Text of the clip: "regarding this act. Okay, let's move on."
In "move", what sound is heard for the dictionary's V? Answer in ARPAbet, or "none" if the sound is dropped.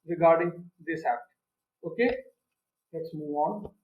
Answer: none